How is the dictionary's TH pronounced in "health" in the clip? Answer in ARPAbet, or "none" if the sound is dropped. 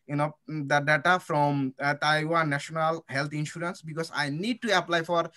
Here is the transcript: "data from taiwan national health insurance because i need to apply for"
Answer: T